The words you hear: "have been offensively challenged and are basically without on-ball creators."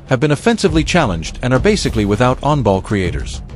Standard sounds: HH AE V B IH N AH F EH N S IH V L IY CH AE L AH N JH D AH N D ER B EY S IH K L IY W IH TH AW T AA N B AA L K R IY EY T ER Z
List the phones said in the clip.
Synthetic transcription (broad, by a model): HH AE V B IH N AH F EH N S IH V L IY CH AE L AH N JH D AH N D ER B EY S IH K L IY W IH TH AW T AA N B AA L K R IY EY T ER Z